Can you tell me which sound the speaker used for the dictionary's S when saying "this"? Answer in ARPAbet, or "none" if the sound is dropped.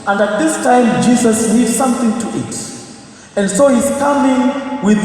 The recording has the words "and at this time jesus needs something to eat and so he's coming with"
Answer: S